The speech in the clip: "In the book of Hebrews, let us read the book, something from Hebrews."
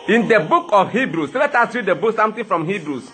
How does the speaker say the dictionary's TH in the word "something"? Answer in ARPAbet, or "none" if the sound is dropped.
T